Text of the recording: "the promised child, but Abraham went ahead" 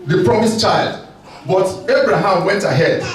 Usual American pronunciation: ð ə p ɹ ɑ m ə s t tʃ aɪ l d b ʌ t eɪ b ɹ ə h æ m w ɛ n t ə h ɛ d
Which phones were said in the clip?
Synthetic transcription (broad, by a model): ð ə p ɹ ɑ m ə s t tʃ aɪ l d b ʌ t eɪ b ɹ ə h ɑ m w ɛ n t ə h ɛ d